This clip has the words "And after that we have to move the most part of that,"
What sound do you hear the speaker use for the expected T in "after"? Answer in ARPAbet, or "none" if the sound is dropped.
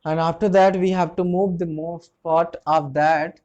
T